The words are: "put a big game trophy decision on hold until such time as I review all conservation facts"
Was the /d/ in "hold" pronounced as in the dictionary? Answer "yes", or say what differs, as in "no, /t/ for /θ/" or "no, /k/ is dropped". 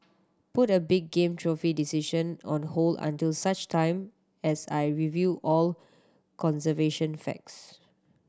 no, /d/ is dropped